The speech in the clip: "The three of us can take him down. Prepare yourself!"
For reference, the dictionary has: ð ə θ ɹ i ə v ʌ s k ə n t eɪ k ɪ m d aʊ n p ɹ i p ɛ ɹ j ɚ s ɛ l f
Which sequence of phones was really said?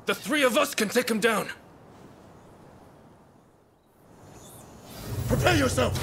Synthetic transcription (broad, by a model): ð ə θ ɹ i ə v ʌ s k ə n t eɪ k ɪ m d aʊ n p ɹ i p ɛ j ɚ s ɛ l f